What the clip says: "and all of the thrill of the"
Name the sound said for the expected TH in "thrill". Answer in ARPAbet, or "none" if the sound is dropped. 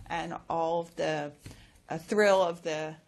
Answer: TH